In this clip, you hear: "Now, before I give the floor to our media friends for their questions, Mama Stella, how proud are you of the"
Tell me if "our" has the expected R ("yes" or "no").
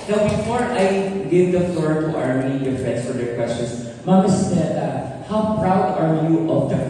yes